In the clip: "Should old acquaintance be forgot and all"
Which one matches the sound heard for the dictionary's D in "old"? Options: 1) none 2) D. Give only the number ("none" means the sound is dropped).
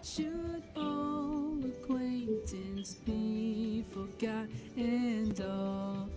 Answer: 1